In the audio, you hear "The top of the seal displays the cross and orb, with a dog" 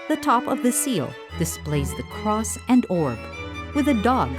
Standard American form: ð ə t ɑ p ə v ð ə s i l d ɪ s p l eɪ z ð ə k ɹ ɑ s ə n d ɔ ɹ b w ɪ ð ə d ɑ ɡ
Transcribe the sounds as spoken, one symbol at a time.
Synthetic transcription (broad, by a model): ð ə t ɑ p ə v ð ə s i l d ɪ s p l eɪ z ð ə k ɹ ɑ s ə n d ɔ ɹ b w ɪ ð ə d ɑ ɡ